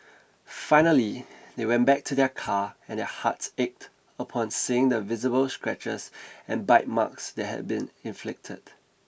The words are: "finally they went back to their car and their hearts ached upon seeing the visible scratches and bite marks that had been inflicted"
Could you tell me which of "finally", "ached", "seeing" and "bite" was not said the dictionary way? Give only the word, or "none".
none